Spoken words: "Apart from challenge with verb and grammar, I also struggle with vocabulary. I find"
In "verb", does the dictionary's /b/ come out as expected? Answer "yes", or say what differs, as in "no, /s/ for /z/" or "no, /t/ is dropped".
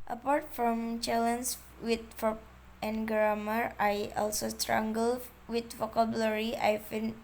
no, /b/ is dropped